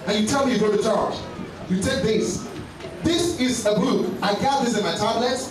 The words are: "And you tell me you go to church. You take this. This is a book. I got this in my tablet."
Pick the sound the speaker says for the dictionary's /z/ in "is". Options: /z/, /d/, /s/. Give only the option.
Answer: /z/